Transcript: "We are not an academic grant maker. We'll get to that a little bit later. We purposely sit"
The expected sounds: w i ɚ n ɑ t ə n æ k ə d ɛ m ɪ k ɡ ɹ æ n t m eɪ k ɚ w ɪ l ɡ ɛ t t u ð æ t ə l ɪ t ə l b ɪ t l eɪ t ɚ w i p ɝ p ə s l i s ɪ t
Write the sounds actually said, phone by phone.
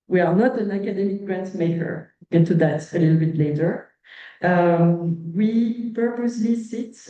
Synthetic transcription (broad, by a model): w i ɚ n ɑ t ə n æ k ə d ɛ m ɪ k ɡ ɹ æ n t m eɪ k ɚ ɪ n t t u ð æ t ə l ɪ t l b ɪ t l eɪ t ɚ w i p ɝ p ə s l i s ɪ t